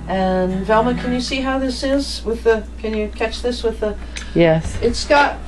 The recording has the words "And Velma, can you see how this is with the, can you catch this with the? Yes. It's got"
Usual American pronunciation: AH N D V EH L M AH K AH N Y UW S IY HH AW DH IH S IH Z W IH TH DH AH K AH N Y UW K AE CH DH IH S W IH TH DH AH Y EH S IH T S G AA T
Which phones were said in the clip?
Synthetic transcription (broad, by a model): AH N V EH L M AH K AH N Y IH S IY HH AW DH IH S IH Z W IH DH AH K AH N Y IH K AE CH DH IH S W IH DH AH Y EH S IH T S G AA T